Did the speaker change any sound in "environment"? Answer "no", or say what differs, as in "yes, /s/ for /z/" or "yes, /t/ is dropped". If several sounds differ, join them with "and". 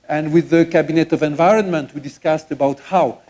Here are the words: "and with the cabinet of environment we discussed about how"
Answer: no